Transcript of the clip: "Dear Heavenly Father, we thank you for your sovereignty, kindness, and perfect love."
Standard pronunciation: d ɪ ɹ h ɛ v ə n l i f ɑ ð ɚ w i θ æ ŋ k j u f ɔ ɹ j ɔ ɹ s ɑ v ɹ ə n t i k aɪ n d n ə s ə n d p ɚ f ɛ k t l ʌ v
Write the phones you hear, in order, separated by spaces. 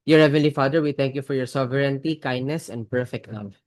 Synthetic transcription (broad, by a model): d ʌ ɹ h ɛ v ə n l i f ɑ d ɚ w i t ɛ ŋ k j u f ɔ ɹ j ɔ ɹ s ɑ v ɹ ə n t i k aɪ n d n ə s ə n d p ɚ f ɛ k t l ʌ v